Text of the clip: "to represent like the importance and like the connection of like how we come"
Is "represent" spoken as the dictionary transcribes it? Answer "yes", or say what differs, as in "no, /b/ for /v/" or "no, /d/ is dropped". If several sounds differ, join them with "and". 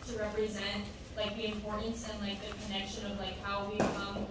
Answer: yes